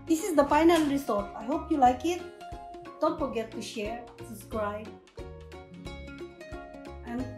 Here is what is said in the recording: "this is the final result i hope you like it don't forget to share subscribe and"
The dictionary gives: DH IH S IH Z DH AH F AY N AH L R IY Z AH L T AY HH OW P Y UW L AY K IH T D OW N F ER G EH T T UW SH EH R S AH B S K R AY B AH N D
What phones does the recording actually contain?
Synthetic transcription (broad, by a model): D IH S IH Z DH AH F AY N AH L R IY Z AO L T AY HH OW P Y UW L AY K IH T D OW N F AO G EH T T UW SH EH R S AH S K R AY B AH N